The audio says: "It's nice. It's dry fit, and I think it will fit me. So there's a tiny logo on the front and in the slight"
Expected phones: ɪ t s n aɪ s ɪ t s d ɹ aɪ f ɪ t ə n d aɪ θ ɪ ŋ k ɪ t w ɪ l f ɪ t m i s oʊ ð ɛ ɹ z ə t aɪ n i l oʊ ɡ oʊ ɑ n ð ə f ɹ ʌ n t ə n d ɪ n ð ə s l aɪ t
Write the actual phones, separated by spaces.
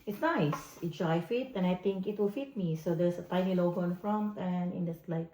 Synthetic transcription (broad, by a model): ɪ t s n aɪ s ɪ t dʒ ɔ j f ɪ t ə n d aɪ t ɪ ŋ k ɪ t w ɪ l f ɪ t m i s oʊ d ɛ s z ə t aɪ n i l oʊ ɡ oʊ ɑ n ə f ɹ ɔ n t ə n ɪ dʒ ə s l aɪ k